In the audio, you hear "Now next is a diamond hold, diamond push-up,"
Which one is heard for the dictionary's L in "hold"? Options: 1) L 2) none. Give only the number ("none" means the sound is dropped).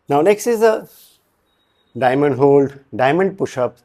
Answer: 1